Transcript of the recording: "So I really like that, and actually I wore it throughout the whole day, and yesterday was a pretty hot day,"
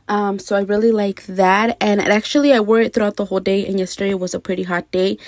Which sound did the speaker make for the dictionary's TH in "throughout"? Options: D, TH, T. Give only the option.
TH